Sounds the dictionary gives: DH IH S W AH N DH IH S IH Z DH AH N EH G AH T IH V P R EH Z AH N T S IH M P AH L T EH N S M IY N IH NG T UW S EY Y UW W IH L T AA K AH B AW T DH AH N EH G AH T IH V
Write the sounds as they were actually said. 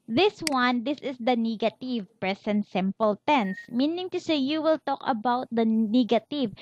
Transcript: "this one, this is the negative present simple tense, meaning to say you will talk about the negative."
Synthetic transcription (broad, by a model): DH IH S W AH N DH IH S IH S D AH N EH G AH T IH V P R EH S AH N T S IH M P AH L T EH N S M IY N IH NG T UW S EY Y UW W IH L T AA K AH B AW T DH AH N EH G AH T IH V